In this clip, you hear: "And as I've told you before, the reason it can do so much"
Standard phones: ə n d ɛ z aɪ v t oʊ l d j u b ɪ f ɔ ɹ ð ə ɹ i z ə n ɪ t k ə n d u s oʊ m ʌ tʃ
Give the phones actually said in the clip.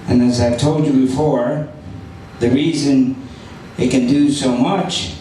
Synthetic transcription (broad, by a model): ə n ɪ z aɪ v t oʊ l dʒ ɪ b ɪ f ɔ ɹ ð ə ɹ i z ə n ɪ t k ə n d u s oʊ m ʌ tʃ